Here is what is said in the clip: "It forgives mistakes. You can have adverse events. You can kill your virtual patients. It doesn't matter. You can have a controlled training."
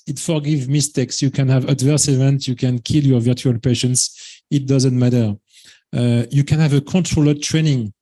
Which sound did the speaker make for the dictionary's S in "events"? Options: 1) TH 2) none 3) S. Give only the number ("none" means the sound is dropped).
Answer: 2